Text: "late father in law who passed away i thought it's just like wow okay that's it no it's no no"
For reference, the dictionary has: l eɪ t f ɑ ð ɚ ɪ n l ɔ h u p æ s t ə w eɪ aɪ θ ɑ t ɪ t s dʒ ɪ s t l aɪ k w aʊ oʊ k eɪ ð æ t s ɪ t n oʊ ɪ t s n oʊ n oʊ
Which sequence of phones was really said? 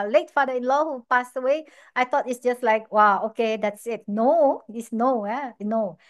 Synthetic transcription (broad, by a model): l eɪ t f ɑ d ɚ ɪ n l ɔ h u p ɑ s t ə w eɪ aɪ t ɑ t ɪ t s dʒ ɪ s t l aɪ k w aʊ oʊ k eɪ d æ t s ɪ t n oʊ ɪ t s n oʊ n oʊ